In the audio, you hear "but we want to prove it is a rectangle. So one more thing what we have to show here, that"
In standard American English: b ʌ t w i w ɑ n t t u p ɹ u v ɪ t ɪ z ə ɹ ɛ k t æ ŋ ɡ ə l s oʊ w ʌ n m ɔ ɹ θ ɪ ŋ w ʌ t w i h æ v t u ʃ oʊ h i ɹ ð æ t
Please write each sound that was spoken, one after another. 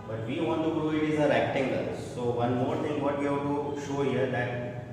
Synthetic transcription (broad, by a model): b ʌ t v i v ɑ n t t u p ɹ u ɪ t ɪ z ə ɹ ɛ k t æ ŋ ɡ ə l s oʊ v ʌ n m ɔ ɹ t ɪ ŋ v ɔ t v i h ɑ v t u ʃ oʊ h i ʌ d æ t